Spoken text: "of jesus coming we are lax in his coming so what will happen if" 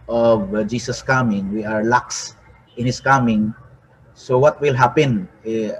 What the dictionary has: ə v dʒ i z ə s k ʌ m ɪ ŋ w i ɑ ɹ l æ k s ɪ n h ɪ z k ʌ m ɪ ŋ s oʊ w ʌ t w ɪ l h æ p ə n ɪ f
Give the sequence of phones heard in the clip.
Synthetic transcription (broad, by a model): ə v dʒ i s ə s k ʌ m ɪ ŋ w i ɑ ɹ l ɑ k s ɪ n h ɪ s k ʌ m ɪ ŋ s oʊ w ʌ t w ɪ l h æ p ə n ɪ